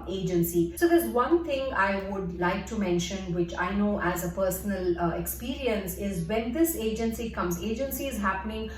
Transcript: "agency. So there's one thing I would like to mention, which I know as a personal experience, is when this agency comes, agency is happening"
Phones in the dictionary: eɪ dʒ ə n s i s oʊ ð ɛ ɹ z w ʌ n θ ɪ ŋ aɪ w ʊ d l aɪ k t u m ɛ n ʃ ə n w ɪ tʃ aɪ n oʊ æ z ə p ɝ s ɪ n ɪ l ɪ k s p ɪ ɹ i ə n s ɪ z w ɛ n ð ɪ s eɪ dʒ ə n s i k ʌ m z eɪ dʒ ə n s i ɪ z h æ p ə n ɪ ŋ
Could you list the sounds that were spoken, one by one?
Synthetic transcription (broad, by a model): eɪ dʒ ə n s i s oʊ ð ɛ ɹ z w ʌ n t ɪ ŋ aɪ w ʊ d l aɪ k t u m ɛ n ʃ ə n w ɪ tʃ aɪ n oʊ æ z ə p ɝ s ɪ n ɪ l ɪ k s p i ɹ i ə n s ɪ z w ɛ n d ɪ s eɪ dʒ ə n s i k ʌ m z eɪ dʒ ə n s i ɪ z h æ p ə n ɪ ŋ